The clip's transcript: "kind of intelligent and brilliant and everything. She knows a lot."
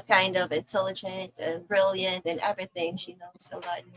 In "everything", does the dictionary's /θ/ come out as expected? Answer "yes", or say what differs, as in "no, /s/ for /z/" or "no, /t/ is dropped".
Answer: yes